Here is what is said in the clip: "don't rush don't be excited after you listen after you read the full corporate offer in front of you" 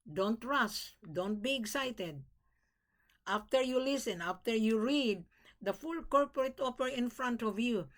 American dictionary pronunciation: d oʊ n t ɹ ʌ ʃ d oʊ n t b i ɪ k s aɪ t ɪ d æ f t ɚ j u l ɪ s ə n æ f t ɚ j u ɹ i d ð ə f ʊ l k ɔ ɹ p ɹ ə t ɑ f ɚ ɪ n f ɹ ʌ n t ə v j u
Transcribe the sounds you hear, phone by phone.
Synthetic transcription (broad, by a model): d oʊ n t ɹ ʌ s d oʊ n t b i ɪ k s aɪ t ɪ d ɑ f t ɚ j u l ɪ s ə n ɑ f t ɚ j u ɹ i d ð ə f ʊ l k ɔ ɹ p ɹ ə t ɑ p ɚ ɪ n f ɹ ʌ n t ə v j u